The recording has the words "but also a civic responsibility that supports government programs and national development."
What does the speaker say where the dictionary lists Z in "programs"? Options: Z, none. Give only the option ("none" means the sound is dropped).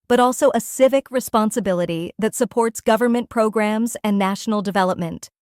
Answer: Z